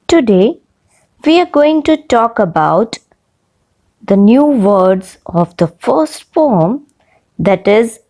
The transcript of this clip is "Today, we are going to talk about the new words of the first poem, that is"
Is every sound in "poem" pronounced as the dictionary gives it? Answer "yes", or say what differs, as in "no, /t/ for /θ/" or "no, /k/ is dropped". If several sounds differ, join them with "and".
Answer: no, /f/ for /p/